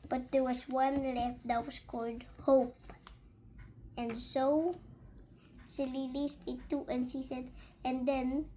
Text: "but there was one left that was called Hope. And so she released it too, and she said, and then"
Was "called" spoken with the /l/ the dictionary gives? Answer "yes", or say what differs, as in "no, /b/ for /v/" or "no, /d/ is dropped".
yes